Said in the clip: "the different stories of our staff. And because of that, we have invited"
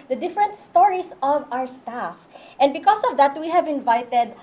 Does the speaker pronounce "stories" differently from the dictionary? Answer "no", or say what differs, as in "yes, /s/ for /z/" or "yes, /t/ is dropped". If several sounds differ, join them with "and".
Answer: yes, /s/ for /z/